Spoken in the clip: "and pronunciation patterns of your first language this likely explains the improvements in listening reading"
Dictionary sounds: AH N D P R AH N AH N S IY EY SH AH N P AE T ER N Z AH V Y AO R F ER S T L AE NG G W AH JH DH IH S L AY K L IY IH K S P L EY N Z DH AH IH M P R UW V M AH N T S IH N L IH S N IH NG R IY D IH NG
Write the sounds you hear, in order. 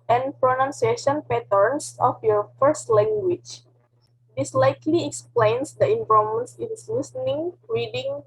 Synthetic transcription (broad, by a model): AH N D P R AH N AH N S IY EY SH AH N P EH T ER N S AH F Y AO R F ER S T L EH NG G W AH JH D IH S L AY K L IY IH K S P L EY N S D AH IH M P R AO M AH N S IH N L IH S N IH NG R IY D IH NG